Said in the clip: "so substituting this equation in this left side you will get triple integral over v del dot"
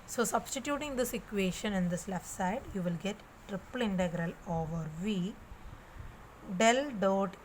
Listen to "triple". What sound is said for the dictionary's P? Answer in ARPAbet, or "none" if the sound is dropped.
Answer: P